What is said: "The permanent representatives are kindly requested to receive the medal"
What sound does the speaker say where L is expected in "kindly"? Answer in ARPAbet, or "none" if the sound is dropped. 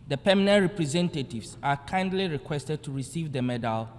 L